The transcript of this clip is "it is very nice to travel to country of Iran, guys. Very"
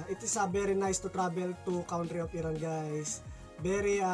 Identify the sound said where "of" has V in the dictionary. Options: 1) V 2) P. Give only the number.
2